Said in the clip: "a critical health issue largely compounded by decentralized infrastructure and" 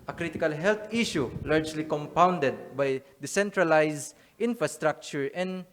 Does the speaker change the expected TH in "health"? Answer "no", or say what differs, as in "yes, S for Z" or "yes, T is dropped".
yes, T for TH